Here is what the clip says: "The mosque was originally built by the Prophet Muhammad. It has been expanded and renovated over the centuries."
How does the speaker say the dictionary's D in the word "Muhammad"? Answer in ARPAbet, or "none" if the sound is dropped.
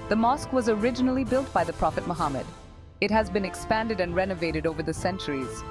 D